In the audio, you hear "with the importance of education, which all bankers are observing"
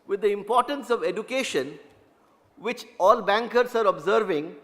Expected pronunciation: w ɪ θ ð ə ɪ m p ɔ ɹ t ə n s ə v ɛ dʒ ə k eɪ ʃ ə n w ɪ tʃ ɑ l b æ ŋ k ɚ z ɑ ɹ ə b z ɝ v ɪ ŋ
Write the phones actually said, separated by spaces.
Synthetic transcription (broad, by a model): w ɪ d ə ɪ m p ɔ ɹ t ə n s ə v ɛ dʒ ə k eɪ ʃ ə n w ɪ tʃ ɑ l b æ ŋ k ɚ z ɑ ɹ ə b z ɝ v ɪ ŋ